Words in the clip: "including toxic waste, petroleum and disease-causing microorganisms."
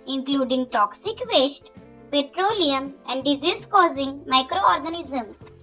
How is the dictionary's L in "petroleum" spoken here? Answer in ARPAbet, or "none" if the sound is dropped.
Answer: L